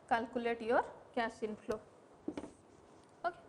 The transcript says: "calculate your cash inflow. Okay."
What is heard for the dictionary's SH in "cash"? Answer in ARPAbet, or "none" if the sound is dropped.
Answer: S